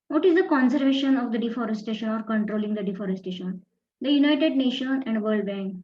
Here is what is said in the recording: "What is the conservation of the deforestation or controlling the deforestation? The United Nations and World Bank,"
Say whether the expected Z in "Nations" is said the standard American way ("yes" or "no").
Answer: no